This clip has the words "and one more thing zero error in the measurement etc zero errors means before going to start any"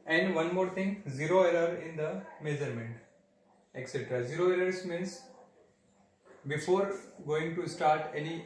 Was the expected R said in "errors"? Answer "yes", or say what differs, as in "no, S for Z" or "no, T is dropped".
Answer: no, L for R